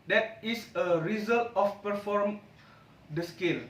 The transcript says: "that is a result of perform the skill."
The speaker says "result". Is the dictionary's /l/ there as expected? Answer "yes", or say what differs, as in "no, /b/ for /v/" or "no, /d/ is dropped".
yes